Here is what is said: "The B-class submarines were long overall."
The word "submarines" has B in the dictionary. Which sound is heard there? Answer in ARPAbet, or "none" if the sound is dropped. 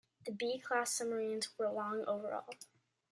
none